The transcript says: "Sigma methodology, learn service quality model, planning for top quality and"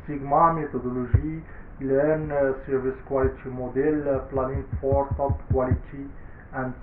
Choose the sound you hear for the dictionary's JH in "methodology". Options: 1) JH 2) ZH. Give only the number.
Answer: 2